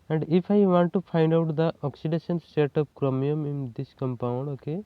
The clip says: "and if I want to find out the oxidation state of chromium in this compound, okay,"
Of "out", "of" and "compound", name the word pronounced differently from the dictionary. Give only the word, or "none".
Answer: of